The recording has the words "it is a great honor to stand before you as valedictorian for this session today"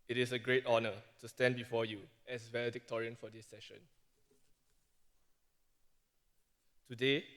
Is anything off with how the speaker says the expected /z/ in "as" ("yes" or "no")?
yes